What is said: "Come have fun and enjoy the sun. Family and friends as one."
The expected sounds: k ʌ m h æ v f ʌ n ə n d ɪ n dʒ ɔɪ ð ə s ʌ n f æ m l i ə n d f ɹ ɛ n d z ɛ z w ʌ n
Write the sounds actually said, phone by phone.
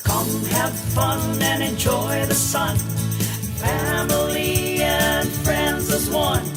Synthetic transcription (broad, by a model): k ʌ m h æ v f ʌ n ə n ɪ n dʒ ɔɪ ð ə s ʌ n f æ m l i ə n f ɹ ɛ n d z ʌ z w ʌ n